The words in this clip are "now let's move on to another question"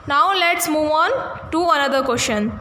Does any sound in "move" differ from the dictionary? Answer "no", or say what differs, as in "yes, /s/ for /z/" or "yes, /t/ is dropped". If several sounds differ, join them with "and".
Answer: no